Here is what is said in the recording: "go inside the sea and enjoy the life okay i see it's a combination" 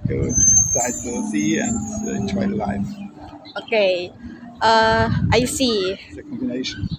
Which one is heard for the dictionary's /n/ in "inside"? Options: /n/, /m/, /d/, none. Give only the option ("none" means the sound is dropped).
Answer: none